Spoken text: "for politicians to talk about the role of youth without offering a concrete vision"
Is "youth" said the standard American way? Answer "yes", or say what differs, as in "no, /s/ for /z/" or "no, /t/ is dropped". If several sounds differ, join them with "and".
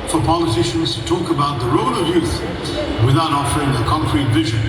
yes